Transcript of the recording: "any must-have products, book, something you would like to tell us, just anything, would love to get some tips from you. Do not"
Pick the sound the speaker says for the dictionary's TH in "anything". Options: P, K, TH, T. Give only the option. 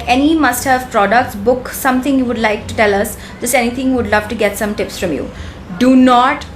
T